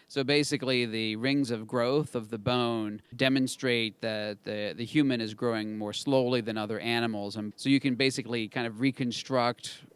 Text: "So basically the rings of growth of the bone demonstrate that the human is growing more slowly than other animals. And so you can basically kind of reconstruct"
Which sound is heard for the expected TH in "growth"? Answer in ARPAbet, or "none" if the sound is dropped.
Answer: TH